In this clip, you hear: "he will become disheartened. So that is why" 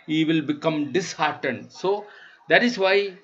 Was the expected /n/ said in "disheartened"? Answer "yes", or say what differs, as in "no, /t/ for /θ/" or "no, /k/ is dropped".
yes